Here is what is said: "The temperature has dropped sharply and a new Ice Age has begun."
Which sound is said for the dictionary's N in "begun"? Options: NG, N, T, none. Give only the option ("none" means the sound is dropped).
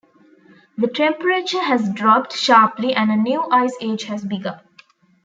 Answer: none